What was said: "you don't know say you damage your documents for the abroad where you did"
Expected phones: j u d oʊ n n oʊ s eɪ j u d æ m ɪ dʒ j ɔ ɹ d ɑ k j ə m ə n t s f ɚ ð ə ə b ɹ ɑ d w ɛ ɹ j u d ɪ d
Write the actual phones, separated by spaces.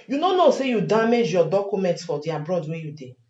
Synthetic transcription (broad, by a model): j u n oʊ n n oʊ s eɪ j u d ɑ m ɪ dʒ j ɔ d ɑ k j ə m ə n t s f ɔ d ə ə b ɹ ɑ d w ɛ j u d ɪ